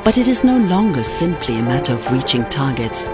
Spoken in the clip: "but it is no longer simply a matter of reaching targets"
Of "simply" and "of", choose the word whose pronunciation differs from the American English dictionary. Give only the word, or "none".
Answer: none